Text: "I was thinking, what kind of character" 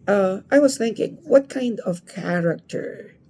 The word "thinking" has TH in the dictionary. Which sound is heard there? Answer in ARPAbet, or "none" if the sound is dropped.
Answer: TH